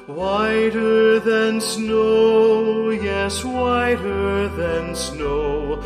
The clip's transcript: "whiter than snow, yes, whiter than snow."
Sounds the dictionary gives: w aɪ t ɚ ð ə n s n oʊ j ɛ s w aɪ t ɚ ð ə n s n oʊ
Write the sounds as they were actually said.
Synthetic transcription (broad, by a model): w aɪ t ɚ ð ə n s n oʊ j ɛ s w aɪ t ɚ ð ə n s n oʊ